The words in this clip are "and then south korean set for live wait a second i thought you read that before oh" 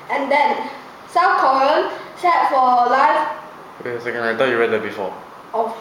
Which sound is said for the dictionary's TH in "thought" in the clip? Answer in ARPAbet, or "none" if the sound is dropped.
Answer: T